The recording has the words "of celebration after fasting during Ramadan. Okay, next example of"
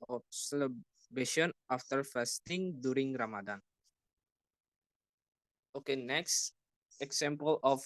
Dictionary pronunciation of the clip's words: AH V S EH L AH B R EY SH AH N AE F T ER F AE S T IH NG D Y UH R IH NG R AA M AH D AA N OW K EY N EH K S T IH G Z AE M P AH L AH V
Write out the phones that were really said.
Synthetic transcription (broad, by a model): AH S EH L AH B EY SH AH N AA F T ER F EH S T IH NG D Y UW R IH NG R AA M AH D AA N OW K EY N EH K S T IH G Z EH M P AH L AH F